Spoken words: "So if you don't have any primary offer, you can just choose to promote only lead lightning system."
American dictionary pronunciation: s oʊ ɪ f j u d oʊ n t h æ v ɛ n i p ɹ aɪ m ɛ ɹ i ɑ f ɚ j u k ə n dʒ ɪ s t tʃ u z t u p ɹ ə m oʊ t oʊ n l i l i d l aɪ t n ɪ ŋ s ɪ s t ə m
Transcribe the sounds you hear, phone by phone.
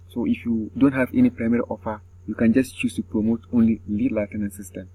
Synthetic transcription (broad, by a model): s oʊ ɪ f j u d oʊ n t h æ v ɛ n i p ɹ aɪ m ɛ ɹ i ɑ f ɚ j u k ə n dʒ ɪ s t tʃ u s t u p ɹ ə m oʊ t oʊ n l i l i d l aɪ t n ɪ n s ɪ s t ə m